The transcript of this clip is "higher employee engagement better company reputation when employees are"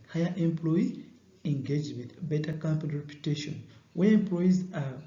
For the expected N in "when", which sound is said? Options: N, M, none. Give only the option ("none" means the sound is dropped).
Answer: none